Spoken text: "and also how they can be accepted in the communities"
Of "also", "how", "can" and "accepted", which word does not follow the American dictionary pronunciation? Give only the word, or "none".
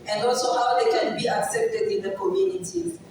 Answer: none